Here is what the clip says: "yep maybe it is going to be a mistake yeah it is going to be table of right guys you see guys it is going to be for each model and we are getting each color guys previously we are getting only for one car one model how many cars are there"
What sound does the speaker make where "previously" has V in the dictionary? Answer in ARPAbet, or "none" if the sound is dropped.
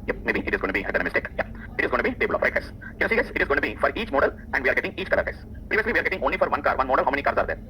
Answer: V